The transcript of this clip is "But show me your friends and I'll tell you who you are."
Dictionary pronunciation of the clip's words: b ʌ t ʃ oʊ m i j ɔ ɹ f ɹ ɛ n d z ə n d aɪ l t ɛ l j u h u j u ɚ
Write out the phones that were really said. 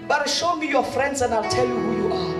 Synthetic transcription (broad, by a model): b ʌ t ʃ oʊ m i j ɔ f ɹ ɛ n d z ə n d aɪ l t ɛ l j u h u j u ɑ